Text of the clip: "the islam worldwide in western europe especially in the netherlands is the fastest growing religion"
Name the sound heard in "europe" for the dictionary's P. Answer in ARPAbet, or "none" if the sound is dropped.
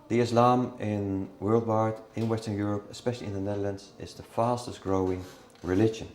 P